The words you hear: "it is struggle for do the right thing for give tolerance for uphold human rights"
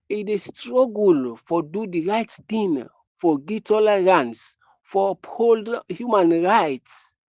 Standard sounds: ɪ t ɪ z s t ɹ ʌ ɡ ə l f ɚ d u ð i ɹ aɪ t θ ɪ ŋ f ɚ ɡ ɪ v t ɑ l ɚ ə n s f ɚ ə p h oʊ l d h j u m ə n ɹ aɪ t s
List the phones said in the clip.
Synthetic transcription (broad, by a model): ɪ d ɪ s t ɹ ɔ ɡ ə l f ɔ d u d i ɹ aɪ t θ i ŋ f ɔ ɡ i t ɑ l ɚ ə n s f ə p h oʊ l d h j u m ə n ɹ aɪ t s